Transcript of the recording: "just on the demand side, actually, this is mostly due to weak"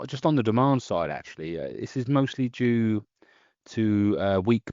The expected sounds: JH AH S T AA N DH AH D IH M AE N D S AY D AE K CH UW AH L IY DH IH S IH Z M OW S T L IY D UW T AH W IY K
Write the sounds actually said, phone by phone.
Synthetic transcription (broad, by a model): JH AH S T N DH AH D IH M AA N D S AY D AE K CH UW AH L IY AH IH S IH Z M OW S T L IY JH UW T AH W IY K